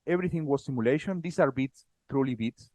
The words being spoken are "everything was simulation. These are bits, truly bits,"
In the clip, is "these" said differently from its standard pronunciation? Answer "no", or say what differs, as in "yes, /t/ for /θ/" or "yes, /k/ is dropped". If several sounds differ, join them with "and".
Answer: yes, /s/ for /z/